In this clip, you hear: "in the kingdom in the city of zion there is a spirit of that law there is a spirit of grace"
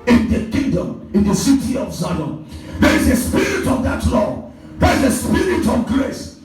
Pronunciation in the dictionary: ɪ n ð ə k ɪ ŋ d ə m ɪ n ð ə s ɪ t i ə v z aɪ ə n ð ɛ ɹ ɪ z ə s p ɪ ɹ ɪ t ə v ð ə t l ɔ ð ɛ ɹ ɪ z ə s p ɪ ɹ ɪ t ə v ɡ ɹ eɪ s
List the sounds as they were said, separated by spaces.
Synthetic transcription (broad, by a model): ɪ n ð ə k ɪ ŋ d ə m ɪ n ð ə s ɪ t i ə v s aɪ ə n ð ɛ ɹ ɪ z ə s p ɪ ɹ ɪ t ə v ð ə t l ɔ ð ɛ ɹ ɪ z ə s p ɪ ɹ ɪ t ə v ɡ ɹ eɪ s